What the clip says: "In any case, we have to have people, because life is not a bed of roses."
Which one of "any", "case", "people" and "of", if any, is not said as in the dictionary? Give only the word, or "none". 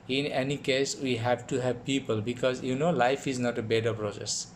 of